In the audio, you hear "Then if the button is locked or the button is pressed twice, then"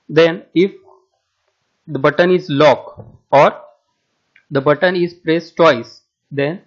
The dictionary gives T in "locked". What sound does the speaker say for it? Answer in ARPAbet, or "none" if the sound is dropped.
none